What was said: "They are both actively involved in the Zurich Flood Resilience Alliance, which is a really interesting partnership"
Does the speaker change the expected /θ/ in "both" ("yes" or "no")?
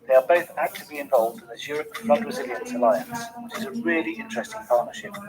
no